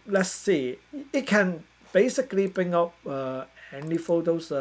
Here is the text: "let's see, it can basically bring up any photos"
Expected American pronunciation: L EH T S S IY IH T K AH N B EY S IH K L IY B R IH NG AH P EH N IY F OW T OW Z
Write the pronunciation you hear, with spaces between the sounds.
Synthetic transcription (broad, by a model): L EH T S S IY IH T K AH N B EY S IH K L IY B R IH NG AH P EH L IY F OW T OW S